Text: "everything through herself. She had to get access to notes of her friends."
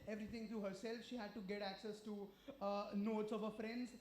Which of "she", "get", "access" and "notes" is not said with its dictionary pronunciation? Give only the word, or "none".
none